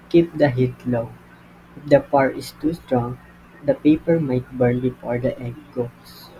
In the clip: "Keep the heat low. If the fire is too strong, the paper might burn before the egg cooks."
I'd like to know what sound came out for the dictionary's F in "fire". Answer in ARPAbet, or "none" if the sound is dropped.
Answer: P